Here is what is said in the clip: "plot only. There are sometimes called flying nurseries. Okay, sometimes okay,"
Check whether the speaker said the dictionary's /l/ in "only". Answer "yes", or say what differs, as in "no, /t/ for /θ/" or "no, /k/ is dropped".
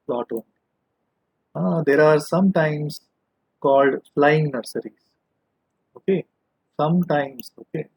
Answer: no, /l/ is dropped